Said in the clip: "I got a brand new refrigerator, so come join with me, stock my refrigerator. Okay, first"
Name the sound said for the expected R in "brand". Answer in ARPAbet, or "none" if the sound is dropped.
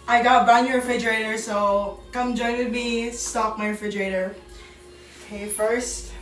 none